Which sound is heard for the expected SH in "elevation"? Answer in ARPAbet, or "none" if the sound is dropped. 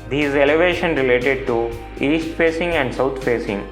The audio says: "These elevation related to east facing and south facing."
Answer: SH